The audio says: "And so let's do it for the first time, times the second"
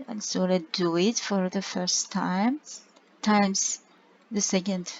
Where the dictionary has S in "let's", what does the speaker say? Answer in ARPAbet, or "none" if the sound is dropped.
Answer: none